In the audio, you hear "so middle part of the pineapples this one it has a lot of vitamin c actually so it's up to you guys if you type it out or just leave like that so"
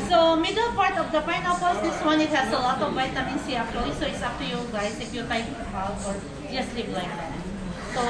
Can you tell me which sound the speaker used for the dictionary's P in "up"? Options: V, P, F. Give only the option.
F